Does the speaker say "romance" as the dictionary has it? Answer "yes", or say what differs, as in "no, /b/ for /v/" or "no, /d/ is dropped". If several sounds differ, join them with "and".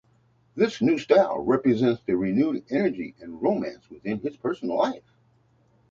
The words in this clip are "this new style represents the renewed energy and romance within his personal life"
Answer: yes